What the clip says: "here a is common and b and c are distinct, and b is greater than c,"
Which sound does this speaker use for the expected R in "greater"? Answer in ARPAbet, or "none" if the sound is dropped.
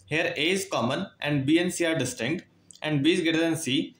none